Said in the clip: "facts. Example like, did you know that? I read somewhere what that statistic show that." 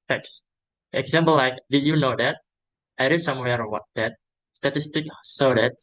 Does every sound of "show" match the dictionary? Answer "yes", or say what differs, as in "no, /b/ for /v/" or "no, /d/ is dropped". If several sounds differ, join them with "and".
no, /s/ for /ʃ/